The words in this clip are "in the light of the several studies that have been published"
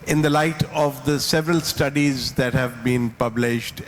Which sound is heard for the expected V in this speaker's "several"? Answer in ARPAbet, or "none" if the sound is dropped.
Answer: V